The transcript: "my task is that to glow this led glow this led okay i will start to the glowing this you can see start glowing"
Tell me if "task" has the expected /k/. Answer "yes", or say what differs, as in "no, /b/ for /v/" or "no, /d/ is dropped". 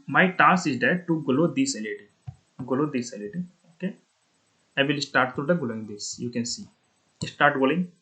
no, /k/ is dropped